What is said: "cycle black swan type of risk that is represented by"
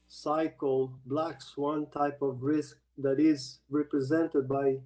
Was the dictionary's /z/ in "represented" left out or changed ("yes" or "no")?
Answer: no